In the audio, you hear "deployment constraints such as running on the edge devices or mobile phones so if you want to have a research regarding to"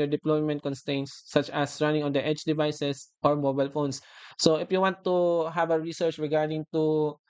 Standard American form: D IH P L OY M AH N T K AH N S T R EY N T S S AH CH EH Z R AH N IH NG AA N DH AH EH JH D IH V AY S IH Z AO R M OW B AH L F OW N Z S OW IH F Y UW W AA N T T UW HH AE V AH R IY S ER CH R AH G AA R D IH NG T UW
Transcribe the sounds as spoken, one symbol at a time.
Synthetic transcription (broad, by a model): D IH P L OY M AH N T K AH N S T EY N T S S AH CH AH S R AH N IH NG AA N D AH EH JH D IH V AY S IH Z AO R M OW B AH L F OW N S OW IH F Y UW W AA N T T UW HH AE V AH R IY S ER CH R AH G AA R D IH NG T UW